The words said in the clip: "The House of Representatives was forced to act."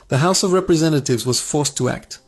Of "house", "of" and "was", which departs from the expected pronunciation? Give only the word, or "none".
none